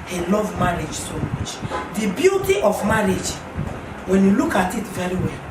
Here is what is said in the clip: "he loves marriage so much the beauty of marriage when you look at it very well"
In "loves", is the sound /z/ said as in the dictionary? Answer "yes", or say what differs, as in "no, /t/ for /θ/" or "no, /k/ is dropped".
no, /z/ is dropped